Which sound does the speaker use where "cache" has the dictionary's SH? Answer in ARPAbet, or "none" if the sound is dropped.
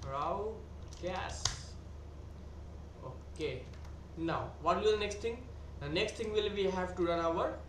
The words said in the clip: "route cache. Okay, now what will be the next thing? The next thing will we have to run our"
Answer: S